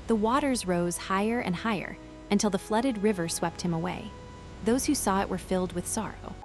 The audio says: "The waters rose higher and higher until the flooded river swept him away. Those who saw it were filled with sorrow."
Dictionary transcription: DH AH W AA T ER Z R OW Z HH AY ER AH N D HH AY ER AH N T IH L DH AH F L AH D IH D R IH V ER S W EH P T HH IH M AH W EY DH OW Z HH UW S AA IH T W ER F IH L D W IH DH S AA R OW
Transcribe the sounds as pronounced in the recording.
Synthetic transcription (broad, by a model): DH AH W AA T ER Z R OW Z HH AY ER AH N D HH AY ER AH N T IH L DH AH F L AH D IH D R IH V ER S W EH P T HH IH M AH W EY DH OW Z HH UW S AA IH T W ER F IH L D W IH DH S AA R OW